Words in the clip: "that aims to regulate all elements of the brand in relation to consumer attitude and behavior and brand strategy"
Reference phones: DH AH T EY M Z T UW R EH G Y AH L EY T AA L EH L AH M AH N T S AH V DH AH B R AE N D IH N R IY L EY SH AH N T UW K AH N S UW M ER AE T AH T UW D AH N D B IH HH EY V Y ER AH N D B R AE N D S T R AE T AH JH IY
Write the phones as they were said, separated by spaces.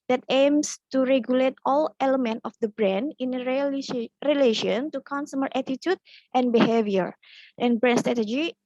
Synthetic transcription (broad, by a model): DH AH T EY M S T UW R EH G Y AH L EY T AA L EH L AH M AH N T AH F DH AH B R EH N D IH N R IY L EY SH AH N T UW K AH N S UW M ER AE T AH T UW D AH N B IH HH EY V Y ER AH N B R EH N S T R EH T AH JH IY